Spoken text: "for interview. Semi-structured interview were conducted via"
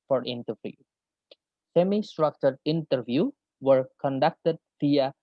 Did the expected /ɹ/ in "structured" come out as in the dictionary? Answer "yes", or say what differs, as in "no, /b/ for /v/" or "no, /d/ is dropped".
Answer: yes